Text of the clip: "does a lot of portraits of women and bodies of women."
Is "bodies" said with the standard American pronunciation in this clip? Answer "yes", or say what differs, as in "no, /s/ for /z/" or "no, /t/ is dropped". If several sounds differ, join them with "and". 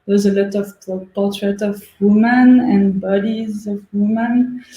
yes